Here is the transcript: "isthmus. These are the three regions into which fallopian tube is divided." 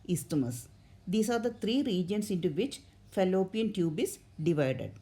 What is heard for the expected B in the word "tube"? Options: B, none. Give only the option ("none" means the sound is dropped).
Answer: B